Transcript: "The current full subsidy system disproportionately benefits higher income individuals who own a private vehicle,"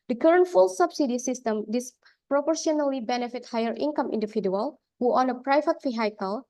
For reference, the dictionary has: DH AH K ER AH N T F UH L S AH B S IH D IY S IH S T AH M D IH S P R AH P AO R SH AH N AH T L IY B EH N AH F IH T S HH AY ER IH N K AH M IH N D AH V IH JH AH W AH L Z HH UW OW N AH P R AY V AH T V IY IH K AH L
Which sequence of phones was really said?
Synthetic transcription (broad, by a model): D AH K ER AH N T F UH L S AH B S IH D IY S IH S T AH M D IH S P R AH P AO R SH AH N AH L IY B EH N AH F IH T HH AY ER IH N K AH M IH N D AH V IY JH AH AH L HH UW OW N AH P R AY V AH T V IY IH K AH L